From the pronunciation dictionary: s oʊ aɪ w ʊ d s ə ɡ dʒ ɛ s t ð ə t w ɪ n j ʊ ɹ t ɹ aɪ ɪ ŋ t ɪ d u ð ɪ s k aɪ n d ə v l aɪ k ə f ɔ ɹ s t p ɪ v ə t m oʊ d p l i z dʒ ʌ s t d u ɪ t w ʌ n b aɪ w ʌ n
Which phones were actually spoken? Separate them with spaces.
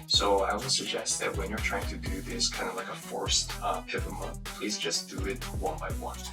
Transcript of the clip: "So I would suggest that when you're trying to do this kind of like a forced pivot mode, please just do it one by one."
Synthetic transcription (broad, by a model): s oʊ aɪ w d s ə ɡ dʒ ɛ s t ð ə t w ɪ n j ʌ ɹ t ɹ aɪ ɪ ŋ t ɪ d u ð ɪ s k aɪ n d ə v l aɪ k ə f ɔ ɹ s t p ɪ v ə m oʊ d p l i z dʒ ʌ s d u ɪ t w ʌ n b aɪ w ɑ n